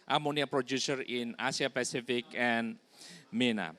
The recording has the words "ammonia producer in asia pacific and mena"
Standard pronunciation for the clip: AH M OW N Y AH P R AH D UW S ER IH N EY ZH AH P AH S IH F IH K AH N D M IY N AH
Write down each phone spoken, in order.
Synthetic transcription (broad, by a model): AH M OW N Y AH P R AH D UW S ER IH N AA S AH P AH S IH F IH K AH N M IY N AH